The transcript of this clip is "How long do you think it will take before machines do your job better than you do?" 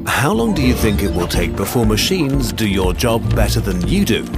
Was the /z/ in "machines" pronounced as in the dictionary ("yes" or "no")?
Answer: yes